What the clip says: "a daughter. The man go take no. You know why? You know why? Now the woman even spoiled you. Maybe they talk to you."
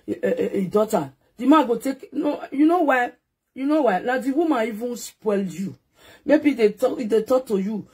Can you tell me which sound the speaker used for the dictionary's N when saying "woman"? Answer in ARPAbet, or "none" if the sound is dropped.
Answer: none